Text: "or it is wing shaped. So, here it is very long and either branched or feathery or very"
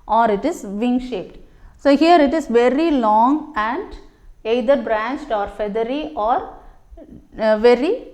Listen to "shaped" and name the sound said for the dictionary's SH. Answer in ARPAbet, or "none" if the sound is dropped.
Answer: SH